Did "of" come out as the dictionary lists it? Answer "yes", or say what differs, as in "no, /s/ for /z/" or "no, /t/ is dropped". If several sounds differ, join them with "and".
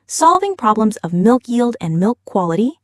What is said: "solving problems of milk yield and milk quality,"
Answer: yes